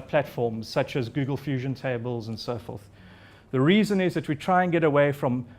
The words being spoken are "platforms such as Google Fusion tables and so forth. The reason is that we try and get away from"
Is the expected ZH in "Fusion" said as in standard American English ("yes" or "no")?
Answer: yes